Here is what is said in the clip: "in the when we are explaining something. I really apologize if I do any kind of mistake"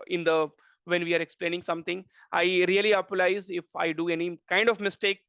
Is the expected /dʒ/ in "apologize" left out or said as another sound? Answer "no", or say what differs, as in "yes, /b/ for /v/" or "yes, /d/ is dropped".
yes, /dʒ/ is dropped